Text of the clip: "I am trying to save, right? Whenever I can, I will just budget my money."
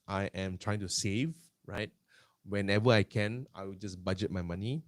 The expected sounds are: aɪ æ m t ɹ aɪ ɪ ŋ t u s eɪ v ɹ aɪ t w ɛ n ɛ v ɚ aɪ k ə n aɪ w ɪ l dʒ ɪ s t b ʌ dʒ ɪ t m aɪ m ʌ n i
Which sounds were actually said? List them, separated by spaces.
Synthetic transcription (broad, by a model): aɪ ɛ m t ɹ aɪ ɪ ŋ t u s eɪ v ɹ aɪ t w ɛ n ɛ v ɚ aɪ k ə n aɪ w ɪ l dʒ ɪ s b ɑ dʒ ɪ t m aɪ m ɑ n i